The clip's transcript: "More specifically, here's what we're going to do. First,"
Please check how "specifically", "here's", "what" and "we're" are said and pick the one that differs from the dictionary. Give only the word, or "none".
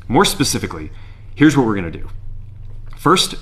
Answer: none